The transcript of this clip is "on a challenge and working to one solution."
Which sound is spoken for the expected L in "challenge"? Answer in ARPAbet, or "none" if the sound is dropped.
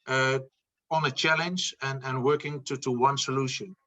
L